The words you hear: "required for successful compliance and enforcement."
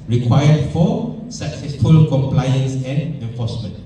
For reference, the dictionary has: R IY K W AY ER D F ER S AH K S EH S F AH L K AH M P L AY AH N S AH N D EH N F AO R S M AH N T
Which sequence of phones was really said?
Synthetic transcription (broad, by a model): R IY K W AY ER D F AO S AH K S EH F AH L K AH M P L AY AH N S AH N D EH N F AO S M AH N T